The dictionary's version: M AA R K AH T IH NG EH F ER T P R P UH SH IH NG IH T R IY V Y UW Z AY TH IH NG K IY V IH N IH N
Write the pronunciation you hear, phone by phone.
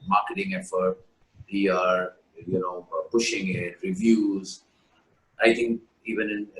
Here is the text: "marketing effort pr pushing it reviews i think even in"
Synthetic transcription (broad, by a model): M AA R K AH T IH NG EH F ER T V R P UH SH IH NG IH T R IY V Y UW Z AY T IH NG K IY V IH N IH N